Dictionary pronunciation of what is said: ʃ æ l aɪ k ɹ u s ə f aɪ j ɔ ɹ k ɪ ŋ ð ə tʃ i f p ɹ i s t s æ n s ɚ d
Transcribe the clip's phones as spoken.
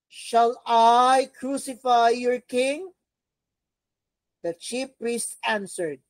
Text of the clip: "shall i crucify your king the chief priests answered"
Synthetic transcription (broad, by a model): ʃ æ l aɪ k ɹ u s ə f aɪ j ɔ ɹ k ɪ ŋ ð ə tʃ i f p ɹ i s t s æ n s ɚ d